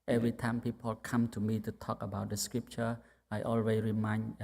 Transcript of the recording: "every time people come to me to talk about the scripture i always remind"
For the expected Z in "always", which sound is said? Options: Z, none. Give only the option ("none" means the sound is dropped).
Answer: none